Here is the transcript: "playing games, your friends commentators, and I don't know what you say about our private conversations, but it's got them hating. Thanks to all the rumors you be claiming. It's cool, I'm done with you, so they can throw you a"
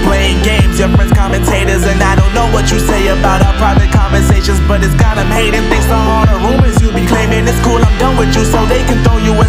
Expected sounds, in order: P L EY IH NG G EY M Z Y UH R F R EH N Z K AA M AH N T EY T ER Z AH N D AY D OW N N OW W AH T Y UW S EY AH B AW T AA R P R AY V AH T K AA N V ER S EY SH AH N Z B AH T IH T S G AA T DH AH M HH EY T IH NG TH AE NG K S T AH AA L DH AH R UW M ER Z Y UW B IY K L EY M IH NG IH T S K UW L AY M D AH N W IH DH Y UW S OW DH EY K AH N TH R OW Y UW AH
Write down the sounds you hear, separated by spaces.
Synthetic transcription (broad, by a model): P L EY IH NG G EY M Z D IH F R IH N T K AA M AH N T EY T ER Z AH N AY D OW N N OW W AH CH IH S EY AH B AW T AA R P R AY V AH T K AA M V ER S EY SH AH N Z B AH T IH T S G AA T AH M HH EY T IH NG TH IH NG S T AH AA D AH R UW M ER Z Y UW B IY K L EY M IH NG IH S K UW L AY M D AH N W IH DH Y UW S OW DH EY K AH N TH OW Y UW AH